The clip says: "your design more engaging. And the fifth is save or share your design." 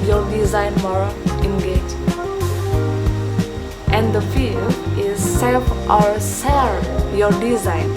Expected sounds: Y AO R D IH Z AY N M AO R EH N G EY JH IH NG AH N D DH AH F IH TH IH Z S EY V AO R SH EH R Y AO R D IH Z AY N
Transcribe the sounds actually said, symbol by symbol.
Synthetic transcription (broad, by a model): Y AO R D IH Z AY N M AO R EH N G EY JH AH N D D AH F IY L IH Z S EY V AO R S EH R Y AO R D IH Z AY N